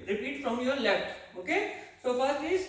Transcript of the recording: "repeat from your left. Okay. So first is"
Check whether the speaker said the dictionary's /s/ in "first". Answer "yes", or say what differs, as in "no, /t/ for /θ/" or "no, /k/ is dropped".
no, /s/ is dropped